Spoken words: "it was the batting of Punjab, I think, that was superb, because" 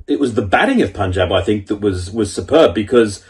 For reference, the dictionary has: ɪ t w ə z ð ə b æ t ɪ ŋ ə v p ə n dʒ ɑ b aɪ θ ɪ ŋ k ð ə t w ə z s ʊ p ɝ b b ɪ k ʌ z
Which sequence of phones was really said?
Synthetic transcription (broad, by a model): ɪ t w ə z ð ə b æ t ɪ ŋ ə v p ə n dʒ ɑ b aɪ θ ɪ ŋ k ð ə t w ə z s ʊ p ɝ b b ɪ k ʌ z